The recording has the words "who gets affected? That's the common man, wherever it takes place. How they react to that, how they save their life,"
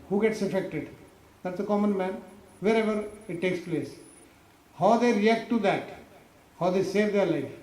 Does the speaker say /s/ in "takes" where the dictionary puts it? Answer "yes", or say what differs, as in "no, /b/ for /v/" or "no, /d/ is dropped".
yes